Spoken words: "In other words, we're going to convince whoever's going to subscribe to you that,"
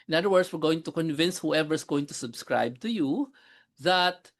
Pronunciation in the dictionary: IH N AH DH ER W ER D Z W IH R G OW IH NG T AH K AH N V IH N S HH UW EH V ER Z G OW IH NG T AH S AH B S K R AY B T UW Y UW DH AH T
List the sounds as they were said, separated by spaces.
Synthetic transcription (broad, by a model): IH N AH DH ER W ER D S W IH R G OW IH NG T AH K AH N V IH N S HH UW EH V ER S G OW IH NG T AH S AH B S K R AY B T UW Y UW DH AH T